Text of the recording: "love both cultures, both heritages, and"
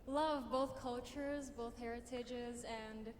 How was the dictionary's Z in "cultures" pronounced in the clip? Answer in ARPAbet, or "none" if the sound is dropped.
Z